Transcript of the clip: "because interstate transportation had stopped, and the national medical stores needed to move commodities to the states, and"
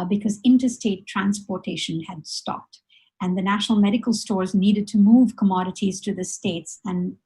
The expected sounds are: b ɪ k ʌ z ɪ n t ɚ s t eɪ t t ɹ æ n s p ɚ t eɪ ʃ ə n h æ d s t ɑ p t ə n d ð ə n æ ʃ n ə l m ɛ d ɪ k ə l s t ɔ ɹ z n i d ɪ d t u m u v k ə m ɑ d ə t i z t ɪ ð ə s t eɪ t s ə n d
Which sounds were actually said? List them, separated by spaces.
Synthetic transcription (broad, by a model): b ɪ k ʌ z ɪ n t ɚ s t eɪ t t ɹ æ n s p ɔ t eɪ ʃ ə n h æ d s t ɑ p t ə n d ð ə n æ ʃ n ə l m ɛ d ɪ k ə l s t ɔ ɹ z n i d ɪ d t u m u v k ə m ɑ d ə t i z t ɪ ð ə s t eɪ t s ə n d